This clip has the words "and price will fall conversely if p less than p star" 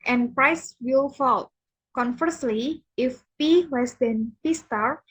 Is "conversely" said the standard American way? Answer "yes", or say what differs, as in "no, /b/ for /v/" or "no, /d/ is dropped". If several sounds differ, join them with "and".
no, /f/ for /v/